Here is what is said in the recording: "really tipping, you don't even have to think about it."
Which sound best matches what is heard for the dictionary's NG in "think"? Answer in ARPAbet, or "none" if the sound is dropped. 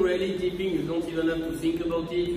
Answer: NG